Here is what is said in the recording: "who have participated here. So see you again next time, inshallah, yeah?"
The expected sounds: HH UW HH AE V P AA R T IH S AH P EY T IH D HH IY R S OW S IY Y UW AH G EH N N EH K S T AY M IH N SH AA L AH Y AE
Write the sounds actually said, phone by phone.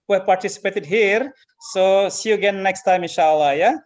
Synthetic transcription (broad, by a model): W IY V P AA R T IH S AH P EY T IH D HH IY R S OW S IY Y UW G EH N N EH K S T AY M IH N SH AA L AH Y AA